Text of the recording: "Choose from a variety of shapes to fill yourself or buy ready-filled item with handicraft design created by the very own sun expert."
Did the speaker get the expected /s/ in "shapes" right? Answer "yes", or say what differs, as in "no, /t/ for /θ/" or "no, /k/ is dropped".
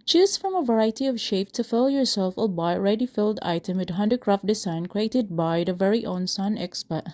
no, /s/ is dropped